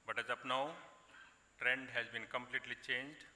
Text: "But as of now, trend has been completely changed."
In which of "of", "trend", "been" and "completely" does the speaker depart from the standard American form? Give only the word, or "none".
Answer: of